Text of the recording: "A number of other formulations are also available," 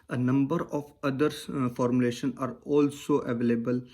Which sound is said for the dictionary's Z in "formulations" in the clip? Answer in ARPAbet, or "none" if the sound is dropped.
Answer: none